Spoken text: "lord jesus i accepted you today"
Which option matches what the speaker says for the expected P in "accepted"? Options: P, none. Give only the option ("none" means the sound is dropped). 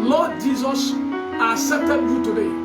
none